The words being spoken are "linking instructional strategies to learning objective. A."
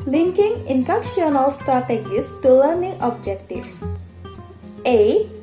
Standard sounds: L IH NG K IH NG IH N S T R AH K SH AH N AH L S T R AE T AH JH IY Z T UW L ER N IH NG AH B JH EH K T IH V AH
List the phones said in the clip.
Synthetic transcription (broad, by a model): L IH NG K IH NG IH N T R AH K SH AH N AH L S T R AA T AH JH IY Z T UW L ER N IH NG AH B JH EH K T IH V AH